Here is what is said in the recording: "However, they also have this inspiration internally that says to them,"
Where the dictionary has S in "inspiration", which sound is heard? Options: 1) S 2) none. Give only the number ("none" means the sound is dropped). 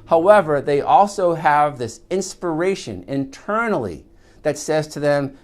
1